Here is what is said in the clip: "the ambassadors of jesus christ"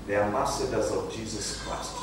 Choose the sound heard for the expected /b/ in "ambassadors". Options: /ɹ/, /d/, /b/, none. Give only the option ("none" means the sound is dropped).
none